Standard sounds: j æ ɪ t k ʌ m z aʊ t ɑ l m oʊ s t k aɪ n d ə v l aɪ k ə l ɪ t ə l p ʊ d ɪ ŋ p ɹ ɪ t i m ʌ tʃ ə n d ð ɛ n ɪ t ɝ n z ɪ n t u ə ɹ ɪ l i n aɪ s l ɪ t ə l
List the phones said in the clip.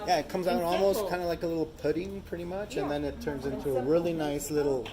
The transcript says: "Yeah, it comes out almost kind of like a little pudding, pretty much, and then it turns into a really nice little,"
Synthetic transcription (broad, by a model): j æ ɪ t k ʌ m z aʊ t ɑ l m oʊ s t k aɪ n d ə l aɪ k ə l ɪ t l p ʊ d ɪ ŋ p ɹ ɪ t i m ʌ tʃ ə n ð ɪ n ɪ t ɝ n z ɪ n t u ə ɹ ɪ l i n aɪ s l ɪ t l